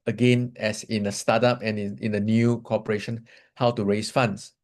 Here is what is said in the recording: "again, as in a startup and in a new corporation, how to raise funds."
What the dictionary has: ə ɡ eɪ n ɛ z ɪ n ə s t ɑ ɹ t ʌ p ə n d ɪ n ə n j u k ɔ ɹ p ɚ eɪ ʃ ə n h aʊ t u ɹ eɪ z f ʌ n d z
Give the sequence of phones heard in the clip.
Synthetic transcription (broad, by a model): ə ɡ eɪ n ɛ s ɪ n ə s t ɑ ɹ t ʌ p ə n ɪ n ə n j u k ɔ p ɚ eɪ ʃ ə n h aʊ t u ɹ eɪ s f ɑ n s